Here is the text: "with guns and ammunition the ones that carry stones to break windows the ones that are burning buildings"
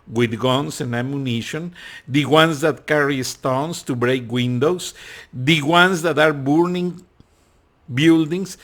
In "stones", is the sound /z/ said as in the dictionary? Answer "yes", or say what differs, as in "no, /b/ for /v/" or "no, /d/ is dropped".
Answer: no, /s/ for /z/